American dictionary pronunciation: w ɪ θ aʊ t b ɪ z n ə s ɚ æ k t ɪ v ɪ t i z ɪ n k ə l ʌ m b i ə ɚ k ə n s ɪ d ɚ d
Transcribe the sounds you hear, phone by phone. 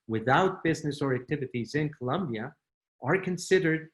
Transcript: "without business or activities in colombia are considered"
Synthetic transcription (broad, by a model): w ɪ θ aʊ t b ɪ z n ə s ɚ æ k t ɪ v ɪ t i z ɪ n k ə l ʌ m b i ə ɚ k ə n s ɪ d ɚ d